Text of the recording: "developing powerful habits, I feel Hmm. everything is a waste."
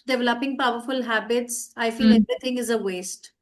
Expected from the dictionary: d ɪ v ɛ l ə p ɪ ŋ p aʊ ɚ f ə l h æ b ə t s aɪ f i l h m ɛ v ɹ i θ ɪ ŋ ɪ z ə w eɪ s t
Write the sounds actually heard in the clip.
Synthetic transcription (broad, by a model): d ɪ v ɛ l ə p ɪ ŋ p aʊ ɚ f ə l h æ b ə t s aɪ f i l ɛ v ɹ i t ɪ ŋ ɪ z ə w eɪ s t